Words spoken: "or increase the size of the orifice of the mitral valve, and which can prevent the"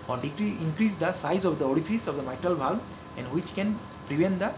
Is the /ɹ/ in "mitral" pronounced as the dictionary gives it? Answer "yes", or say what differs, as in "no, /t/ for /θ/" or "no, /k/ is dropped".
yes